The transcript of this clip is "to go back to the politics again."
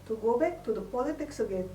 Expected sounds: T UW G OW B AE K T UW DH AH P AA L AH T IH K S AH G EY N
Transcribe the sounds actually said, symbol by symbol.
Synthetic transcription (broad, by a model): T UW G OW B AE K T UW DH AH P AA L AH T IH K S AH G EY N